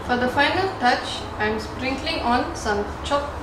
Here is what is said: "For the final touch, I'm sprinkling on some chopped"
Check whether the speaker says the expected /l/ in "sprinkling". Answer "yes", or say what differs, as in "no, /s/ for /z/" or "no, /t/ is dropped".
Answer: yes